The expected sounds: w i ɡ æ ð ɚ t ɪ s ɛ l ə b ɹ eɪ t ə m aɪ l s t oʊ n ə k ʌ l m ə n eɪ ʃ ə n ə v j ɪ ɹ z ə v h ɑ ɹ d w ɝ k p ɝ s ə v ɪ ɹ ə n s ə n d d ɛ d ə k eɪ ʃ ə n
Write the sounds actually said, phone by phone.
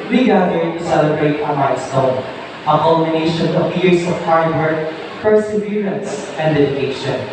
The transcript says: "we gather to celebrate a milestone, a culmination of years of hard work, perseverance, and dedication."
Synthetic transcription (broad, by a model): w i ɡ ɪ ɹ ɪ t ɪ s ɛ l ə b ɹ eɪ t ə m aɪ s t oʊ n ə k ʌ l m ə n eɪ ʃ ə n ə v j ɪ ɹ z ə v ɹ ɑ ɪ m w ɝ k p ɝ s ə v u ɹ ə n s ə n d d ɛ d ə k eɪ ʃ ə n